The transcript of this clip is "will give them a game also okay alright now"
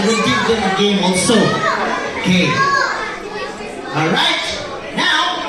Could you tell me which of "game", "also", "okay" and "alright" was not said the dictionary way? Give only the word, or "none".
alright